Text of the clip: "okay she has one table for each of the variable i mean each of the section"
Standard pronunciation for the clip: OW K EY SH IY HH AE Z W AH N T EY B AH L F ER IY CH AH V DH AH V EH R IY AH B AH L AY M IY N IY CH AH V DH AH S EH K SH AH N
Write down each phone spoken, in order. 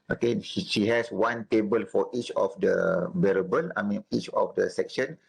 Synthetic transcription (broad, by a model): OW K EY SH IY HH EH S W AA N T EY B AH L F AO IY CH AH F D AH B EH R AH B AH L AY M IY N IY CH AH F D AH S EH K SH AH N